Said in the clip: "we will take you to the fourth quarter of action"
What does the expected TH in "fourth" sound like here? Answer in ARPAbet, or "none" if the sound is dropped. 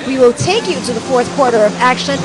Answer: TH